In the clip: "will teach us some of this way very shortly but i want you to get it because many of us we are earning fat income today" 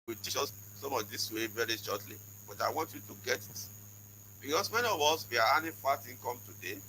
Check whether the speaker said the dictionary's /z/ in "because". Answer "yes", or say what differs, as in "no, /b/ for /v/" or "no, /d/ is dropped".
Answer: no, /s/ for /z/